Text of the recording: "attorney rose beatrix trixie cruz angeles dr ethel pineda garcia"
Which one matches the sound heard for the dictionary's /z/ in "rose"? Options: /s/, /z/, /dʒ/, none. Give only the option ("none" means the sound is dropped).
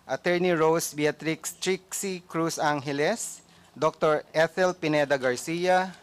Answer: /s/